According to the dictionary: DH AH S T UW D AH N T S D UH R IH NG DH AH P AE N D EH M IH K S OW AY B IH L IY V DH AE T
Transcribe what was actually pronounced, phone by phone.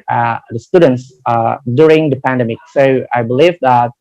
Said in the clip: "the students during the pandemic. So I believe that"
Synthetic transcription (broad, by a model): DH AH S T UW D AH N T S D UH R IH NG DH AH P AE N D EH M IH K S OW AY B IH L IY V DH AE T